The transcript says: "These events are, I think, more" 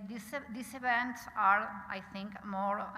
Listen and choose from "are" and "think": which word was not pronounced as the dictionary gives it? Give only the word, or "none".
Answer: think